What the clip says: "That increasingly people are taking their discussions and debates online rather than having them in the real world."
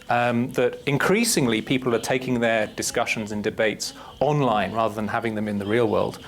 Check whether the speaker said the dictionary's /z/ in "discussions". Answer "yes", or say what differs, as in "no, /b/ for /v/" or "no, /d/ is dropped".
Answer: yes